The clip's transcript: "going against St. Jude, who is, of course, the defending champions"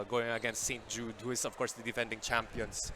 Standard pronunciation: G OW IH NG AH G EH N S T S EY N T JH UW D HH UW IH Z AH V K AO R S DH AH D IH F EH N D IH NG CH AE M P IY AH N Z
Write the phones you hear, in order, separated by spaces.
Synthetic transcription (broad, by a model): G OW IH NG AH G EH N S T S EY N T JH UW D HH UW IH S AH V K AO R S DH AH D IH F EH N D IH NG CH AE M P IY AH N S